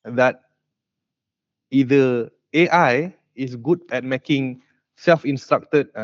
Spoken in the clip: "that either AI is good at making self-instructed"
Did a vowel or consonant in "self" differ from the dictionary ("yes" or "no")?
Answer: no